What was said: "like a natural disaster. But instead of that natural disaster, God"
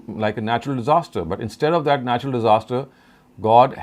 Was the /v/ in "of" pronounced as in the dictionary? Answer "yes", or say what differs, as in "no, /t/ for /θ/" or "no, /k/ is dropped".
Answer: yes